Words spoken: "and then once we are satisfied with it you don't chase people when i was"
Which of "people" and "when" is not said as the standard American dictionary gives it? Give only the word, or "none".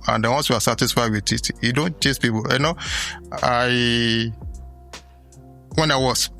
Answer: people